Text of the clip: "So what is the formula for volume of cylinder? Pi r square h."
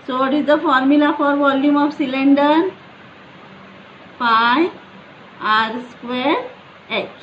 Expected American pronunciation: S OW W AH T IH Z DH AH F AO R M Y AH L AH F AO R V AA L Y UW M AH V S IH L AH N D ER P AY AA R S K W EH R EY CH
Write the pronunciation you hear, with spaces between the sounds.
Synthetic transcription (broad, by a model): S OW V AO T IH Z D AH F AO R M Y AH L AH F AO R V AA L Y UW M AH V S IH L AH N D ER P AY AA R S K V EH R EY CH